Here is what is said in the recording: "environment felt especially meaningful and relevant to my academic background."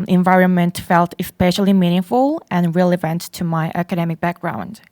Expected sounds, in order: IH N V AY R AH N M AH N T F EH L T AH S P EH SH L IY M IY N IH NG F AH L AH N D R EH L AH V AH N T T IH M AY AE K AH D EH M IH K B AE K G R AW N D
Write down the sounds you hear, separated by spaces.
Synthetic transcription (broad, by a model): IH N V AY R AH N M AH N T F EH L T AH S P EH SH L IY M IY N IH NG F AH L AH N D R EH L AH V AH N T T IH M AY AE K AH D EH M IH K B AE K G R AW N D